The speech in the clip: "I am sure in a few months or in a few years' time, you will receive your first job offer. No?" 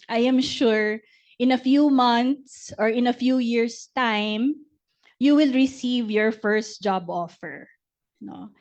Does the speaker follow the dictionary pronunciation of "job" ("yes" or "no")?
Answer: yes